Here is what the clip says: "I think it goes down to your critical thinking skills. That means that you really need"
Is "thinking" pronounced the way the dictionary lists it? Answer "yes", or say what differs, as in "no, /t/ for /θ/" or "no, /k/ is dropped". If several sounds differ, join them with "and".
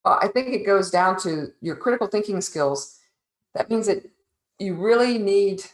yes